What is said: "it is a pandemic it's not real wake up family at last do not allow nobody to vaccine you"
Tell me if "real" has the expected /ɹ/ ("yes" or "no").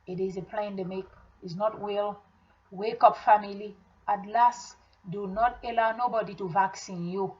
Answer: no